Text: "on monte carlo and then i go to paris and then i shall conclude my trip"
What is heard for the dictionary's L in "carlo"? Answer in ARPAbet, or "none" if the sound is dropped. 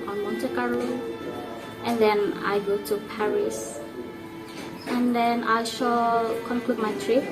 none